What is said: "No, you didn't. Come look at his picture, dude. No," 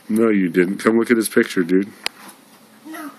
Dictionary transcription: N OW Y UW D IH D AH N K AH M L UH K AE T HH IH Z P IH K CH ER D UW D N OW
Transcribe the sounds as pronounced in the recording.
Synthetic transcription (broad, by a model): N OW Y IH D IH D N K AH M L UH K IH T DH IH S P IH K CH ER D UW D